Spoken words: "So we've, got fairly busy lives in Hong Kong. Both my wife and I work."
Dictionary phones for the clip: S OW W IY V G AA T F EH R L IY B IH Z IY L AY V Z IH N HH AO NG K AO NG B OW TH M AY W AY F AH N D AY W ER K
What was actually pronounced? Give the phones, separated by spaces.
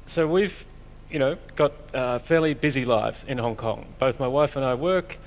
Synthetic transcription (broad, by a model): S OW W IY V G AA T F EH R L IY B IH Z IY L AY V Z IH N HH AO NG K AO NG B OW TH M AY W AY F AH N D AY W ER K